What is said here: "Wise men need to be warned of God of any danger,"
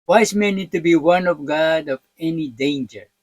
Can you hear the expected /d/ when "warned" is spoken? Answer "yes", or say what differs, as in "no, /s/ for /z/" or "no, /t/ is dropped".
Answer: no, /d/ is dropped